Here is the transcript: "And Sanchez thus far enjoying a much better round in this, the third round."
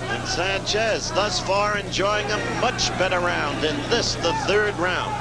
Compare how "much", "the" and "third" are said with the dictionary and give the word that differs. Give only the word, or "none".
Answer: none